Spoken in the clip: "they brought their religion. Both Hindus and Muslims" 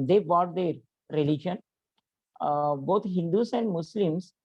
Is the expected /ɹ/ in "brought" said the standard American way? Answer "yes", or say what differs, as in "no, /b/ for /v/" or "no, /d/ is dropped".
no, /ɹ/ is dropped